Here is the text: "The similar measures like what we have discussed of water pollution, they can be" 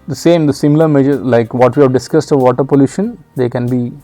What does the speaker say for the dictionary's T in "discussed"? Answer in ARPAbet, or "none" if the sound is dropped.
T